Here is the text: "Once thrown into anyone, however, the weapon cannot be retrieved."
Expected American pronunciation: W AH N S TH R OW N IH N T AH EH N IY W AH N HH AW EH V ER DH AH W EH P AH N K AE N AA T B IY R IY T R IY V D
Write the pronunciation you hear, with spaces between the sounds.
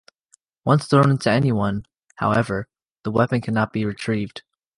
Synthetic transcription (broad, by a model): W AH N S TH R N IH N T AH EH N IY W AH N HH AW EH V ER DH AH W EH P AH N K AE N AA T B IY R IY T R IY V D